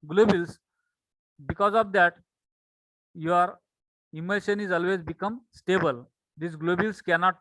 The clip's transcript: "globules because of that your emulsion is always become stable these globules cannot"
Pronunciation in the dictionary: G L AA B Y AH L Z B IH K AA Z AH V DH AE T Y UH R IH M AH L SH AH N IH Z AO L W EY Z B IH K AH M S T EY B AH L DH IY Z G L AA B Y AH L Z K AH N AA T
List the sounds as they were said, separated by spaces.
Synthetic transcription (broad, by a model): G L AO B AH L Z B IH K AA Z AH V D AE T Y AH R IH M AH SH AH N IH Z AO L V EY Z B IH K AH M S T EY B AH L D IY S G L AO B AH L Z K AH N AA T